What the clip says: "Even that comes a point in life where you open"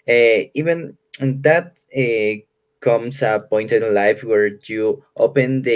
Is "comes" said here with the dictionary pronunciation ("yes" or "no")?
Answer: no